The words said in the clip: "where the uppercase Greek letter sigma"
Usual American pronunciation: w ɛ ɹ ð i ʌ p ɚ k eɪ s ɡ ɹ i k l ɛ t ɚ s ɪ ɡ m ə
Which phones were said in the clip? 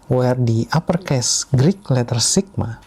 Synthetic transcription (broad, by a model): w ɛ ɹ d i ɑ p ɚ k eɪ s ɡ ɹ i k l ɛ t ɚ s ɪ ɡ m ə